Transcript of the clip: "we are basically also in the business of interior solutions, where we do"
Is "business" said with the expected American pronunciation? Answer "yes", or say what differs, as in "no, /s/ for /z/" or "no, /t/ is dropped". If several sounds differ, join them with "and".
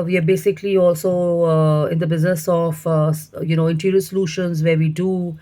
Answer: yes